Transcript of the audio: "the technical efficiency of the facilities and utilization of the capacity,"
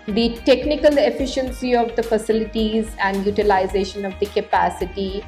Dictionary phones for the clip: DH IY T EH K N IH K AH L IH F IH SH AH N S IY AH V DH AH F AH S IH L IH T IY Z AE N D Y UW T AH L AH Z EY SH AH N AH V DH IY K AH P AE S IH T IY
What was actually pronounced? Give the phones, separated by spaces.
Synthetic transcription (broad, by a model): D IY T EH K N IH K AH L IH F IH SH AH N S IY AH V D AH F AH S IH L IH T IY Z AE N D Y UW T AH L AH Z EY SH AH N AH V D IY K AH P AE S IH T IY